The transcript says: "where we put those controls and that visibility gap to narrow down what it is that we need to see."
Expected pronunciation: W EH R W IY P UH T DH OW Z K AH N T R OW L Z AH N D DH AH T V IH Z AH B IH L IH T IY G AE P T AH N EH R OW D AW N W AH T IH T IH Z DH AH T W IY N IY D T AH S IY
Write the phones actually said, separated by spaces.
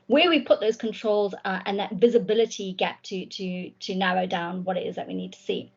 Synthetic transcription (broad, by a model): W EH W IY P UH T DH OW Z K AH N T R OW L Z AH N DH AH T V IH Z AH B IH L IH T IY G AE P T AH N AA R OW D AW N W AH T IH T IH Z DH AH T W IY N IY D T AH S IY